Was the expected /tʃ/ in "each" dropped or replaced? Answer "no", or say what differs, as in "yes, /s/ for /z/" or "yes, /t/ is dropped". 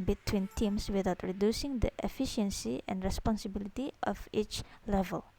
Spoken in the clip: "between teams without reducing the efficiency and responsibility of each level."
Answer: no